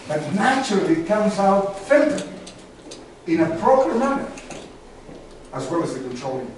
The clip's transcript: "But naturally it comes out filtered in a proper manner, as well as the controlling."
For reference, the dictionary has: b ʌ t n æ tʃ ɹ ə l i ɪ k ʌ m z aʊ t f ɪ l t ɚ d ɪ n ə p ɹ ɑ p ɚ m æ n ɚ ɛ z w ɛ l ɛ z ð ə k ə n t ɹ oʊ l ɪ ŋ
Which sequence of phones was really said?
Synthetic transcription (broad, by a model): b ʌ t n æ tʃ ɹ ə l i k ʌ m z aʊ t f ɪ n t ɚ ɪ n ə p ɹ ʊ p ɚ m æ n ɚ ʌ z w ɛ l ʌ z ð ə k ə n t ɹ oʊ l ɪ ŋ